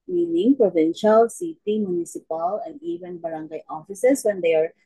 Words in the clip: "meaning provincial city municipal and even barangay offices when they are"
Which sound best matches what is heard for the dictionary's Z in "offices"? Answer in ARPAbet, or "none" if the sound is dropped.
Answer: S